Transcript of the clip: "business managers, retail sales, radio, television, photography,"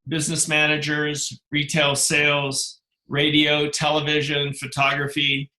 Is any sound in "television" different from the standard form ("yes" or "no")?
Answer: no